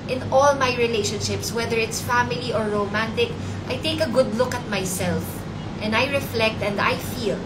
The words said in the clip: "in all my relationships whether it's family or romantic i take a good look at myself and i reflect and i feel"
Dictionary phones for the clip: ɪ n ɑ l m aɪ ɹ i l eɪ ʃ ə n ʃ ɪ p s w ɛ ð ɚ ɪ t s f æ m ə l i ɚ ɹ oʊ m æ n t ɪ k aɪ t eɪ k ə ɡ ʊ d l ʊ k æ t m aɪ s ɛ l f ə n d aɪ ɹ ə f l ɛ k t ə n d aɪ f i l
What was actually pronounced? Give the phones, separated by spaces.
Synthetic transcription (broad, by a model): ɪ n ɑ l m aɪ ɹ i l eɪ ʃ ə n ʃ ɪ p s w ɛ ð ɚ ɪ t s f æ m ə l i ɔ ɹ oʊ m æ n t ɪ k aɪ t eɪ k ə ɡ ʊ d l ʊ k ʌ t m aɪ s ɛ l f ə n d aɪ ɹ ə f l ɛ k t ə n d aɪ f i l